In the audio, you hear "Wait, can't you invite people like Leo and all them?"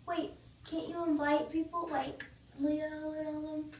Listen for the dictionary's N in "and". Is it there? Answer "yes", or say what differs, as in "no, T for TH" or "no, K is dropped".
no, L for N